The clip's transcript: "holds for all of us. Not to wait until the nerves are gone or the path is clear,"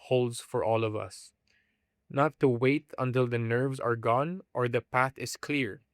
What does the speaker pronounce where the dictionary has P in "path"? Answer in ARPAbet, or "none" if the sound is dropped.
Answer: P